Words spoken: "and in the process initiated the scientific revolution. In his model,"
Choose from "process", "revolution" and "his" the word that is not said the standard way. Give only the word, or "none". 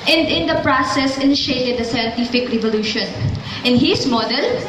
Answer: his